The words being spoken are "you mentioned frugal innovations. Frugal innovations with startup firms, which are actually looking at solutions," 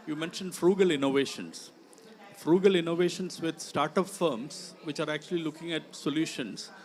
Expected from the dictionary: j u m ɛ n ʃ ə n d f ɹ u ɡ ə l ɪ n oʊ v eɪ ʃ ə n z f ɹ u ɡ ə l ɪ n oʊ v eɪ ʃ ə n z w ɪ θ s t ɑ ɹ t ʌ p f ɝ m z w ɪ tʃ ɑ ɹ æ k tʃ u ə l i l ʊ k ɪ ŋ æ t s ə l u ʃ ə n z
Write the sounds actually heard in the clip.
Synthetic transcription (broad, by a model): j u m ɛ n ʃ ə n d f ɹ u ɡ ə l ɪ n oʊ v eɪ ʃ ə n s f ɹ u ɡ ə l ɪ n oʊ v eɪ ʃ ə n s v ɪ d s t ɑ ɹ t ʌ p f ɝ m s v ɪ tʃ ɑ ɹ æ k tʃ u ə l i l ʊ k ɪ ŋ æ t s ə l u ʃ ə n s